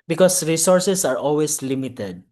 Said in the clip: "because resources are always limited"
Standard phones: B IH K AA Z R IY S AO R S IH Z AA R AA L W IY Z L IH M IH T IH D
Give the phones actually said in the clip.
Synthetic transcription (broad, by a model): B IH K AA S R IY S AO R S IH S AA R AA L W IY S L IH M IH T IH D